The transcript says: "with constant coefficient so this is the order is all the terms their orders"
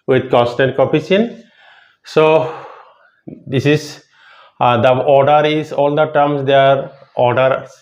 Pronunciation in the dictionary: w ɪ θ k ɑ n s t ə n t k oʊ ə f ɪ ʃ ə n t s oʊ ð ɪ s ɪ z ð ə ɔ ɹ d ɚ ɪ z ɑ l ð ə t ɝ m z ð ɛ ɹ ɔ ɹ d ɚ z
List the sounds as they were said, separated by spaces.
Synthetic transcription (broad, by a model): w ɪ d k ɑ n s t ə n t k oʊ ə p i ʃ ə n s oʊ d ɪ s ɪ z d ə ɔ ɹ d ɚ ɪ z ɑ l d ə t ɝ m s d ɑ ɹ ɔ ɹ d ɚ